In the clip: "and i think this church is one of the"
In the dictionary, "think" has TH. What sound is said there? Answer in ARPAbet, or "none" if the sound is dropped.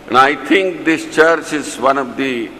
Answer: T